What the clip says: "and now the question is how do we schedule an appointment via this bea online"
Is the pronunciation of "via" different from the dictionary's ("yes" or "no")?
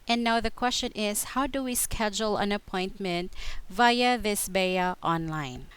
no